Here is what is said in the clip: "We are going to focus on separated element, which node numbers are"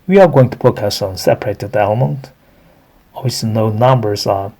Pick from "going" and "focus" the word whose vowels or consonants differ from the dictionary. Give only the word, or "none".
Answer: focus